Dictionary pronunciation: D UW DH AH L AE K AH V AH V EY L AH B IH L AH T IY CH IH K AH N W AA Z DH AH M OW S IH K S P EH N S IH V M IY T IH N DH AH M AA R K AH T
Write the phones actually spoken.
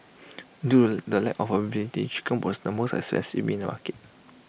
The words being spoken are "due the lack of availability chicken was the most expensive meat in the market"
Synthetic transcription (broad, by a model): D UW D AH L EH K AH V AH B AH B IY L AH T IY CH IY K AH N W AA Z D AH M OW S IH S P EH N S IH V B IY N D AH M AA K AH T